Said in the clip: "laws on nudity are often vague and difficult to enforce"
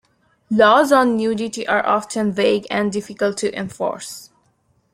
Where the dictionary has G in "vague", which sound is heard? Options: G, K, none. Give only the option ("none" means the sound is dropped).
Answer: G